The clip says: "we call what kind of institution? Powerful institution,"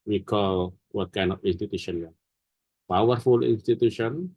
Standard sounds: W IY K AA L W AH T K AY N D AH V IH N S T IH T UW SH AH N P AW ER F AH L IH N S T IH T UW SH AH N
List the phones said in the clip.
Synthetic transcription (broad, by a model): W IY K AA L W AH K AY N AH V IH N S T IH T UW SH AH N P AW ER F AH L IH N S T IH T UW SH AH N